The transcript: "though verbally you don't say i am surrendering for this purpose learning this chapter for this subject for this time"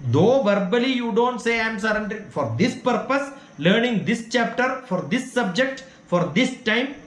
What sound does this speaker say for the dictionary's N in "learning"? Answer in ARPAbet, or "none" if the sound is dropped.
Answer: N